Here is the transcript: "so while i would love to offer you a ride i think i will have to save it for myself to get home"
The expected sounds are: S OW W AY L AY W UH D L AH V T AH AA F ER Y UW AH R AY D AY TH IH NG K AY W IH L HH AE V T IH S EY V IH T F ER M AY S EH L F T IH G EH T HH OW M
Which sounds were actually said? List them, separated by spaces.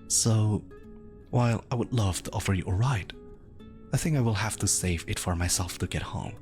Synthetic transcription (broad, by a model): S OW W AY L AY W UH D L AH V T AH AA F ER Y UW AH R AY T AY TH IH NG K AY W IH L HH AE F T IH S EY V IH T F ER M AY S EH L F T IH G EH T HH OW M